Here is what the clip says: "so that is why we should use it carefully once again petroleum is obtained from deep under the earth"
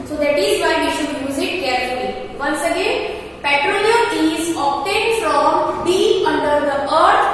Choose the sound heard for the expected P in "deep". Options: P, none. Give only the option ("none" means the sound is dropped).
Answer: none